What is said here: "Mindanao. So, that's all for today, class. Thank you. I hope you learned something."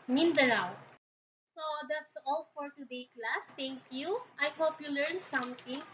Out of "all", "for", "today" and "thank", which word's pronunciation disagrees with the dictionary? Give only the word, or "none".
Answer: thank